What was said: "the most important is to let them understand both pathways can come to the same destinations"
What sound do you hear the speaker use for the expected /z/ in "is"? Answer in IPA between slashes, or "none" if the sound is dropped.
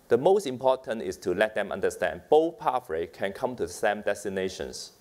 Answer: /s/